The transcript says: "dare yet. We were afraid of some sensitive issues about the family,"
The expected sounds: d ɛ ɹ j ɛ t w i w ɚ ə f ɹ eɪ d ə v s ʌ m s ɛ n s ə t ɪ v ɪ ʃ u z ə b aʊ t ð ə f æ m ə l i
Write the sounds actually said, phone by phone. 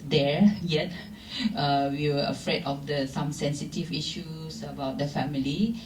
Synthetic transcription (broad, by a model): d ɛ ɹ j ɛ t w i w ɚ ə f ɹ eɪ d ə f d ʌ m s ɛ n s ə t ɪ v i ʃ u s ə b aʊ t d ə f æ m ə l i